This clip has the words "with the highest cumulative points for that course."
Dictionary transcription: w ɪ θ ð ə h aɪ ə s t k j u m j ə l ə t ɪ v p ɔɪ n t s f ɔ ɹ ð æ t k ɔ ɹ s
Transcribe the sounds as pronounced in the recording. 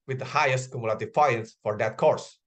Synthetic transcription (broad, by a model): w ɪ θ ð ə h aɪ ə s t k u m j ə l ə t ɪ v f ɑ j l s f ɔ ɹ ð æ t k ɔ ɹ s